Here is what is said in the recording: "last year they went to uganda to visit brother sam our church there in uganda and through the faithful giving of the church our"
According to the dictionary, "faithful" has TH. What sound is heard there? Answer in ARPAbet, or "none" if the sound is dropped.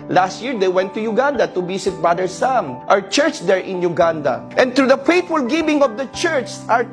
T